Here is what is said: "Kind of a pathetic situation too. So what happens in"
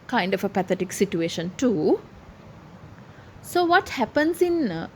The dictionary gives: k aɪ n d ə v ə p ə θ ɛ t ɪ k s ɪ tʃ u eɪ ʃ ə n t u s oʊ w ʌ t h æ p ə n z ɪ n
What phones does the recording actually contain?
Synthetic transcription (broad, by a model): k aɪ n d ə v ə p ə t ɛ t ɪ k s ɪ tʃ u eɪ ʃ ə n t u s oʊ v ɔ t h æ p ə n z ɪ n